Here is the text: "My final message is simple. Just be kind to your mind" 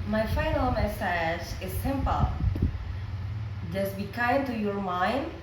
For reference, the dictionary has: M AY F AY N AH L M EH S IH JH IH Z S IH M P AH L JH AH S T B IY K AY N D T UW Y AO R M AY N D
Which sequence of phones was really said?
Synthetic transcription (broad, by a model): M AY F AY N AH L M EH S IH JH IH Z S IH M P AH L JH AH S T B IY K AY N T UW Y AO R M AY N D